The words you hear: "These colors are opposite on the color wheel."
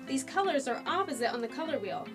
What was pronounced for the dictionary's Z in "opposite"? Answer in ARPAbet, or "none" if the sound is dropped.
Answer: Z